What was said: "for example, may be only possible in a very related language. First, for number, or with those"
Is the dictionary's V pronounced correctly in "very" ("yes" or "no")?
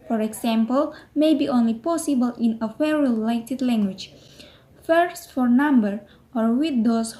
no